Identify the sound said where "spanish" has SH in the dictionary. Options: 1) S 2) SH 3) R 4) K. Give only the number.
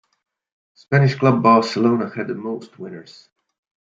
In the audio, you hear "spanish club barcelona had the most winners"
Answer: 2